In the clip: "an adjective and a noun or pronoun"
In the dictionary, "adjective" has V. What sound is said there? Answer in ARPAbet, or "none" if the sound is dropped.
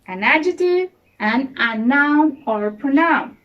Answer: none